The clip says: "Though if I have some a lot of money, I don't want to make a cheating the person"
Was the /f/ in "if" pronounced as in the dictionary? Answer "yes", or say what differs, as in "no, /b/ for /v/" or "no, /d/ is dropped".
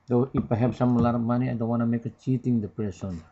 no, /p/ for /f/